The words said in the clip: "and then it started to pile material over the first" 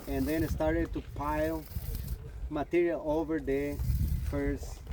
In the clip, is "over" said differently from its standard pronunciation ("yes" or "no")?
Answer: no